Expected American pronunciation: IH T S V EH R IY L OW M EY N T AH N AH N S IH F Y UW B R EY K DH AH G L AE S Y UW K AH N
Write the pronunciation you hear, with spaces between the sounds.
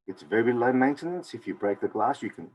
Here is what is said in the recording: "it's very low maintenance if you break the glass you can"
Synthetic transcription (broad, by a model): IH T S V EH R IY L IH M EY N T AH N AH N S IH F Y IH B R EY K DH AH G L AE S Y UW K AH N